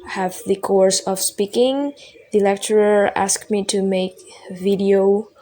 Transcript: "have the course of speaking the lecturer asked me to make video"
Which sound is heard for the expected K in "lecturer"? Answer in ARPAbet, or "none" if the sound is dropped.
K